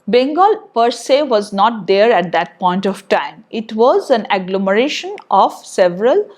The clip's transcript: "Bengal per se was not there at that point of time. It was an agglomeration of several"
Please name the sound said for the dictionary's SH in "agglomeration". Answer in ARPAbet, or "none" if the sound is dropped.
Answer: SH